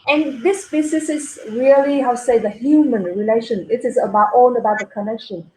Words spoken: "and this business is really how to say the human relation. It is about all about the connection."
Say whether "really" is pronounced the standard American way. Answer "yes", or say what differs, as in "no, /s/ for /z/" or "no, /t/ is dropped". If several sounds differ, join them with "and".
no, /l/ is dropped